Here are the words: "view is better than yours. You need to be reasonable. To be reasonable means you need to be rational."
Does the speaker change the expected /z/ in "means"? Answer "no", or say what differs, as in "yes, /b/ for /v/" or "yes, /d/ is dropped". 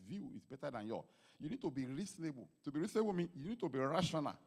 yes, /z/ is dropped